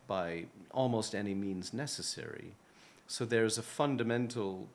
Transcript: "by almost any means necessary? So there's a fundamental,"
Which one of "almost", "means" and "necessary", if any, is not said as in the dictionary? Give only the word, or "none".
none